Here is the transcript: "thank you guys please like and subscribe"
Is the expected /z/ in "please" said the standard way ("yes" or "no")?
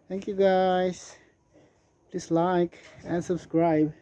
no